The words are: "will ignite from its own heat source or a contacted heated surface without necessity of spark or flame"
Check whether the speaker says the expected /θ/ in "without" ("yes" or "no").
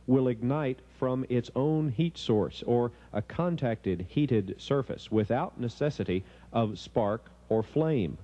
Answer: yes